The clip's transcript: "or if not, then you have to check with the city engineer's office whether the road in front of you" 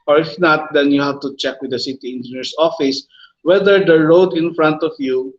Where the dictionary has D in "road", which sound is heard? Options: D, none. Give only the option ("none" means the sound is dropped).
D